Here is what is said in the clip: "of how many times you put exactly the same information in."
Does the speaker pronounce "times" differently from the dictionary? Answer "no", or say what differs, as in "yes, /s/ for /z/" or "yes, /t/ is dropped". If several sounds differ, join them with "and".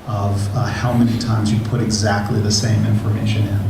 no